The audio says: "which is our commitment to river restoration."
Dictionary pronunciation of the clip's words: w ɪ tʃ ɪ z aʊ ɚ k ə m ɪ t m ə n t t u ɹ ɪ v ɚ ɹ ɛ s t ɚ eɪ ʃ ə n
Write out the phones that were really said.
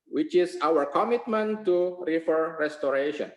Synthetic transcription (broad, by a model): w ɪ tʃ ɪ s aʊ ɚ k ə m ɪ t m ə n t t u ɹ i f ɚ ɹ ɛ s t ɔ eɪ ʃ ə n